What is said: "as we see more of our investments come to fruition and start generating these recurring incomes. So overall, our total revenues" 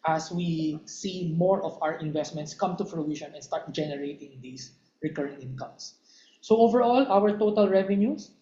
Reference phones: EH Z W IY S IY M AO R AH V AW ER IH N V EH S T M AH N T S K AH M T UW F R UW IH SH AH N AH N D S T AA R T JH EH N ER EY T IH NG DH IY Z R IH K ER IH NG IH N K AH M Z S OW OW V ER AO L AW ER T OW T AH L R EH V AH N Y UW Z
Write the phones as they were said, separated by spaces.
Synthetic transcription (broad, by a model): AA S W IY S IY M AO R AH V AW ER IH N V EH S T M AH N T S K AH M T UW P R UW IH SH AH N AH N S T AA R T JH EH N ER EY T IH NG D IY S R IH K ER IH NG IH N K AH M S S OW OW V ER AO L AW ER T OW T AH L R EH V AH N Y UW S